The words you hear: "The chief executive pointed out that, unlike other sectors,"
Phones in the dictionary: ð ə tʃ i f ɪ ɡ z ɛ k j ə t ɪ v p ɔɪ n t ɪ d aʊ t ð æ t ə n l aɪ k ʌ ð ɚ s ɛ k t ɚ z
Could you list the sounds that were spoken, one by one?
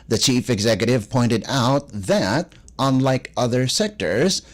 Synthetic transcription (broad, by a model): ð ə tʃ i f ɪ ɡ z ɛ k j ə t ɪ v p ɔɪ n t ɪ d aʊ t ð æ t ə n l aɪ k ʌ ð ɚ s ɛ k t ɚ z